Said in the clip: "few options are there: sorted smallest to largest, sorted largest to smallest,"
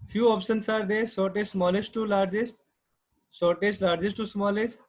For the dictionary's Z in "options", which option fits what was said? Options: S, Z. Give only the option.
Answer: S